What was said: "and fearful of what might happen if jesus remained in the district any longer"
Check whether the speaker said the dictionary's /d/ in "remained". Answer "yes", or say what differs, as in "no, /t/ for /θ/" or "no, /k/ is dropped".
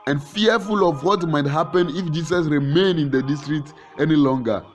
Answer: no, /d/ is dropped